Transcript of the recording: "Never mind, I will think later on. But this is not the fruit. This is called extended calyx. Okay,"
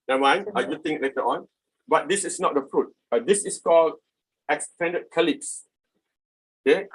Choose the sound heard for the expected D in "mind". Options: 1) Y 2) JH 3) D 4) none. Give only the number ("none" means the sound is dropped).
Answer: 4